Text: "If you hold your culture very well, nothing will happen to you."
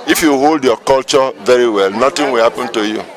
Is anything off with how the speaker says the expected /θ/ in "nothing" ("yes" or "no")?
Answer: yes